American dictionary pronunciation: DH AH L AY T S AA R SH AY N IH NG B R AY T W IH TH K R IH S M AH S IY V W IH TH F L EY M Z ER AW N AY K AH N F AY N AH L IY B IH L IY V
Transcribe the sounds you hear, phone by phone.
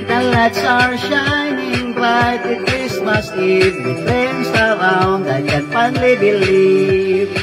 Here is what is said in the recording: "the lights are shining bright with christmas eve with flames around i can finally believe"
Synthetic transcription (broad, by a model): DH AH L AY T S AA R SH AY N IH NG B L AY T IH K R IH S M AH S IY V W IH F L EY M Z ER AW N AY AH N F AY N L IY B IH L IY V